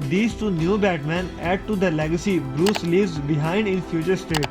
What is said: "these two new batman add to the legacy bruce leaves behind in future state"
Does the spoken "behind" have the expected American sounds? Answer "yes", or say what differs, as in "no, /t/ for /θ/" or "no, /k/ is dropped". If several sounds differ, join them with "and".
yes